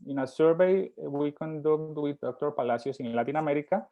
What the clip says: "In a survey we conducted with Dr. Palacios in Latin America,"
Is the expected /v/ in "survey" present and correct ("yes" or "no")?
no